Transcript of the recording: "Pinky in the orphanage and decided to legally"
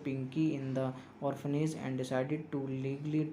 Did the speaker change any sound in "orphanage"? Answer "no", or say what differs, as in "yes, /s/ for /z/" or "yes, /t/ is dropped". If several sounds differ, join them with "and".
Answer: yes, /z/ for /dʒ/